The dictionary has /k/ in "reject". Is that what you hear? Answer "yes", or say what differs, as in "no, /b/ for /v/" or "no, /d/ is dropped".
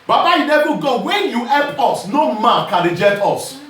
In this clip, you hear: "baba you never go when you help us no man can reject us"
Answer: no, /k/ is dropped